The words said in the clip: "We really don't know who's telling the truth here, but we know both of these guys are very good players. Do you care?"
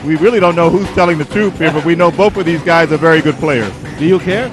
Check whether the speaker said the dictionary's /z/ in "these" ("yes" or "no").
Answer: yes